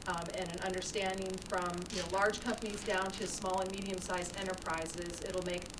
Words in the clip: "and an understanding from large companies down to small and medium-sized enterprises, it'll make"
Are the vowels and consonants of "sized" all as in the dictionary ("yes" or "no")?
no